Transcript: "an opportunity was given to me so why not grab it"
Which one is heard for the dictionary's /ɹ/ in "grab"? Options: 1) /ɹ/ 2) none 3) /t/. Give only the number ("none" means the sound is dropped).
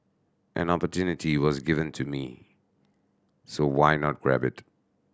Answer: 1